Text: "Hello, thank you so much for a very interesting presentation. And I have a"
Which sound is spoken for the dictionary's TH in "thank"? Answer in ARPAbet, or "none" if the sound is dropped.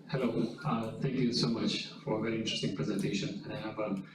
T